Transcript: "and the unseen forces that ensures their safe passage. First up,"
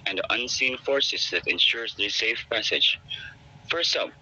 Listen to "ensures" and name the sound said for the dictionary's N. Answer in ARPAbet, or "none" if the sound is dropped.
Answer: N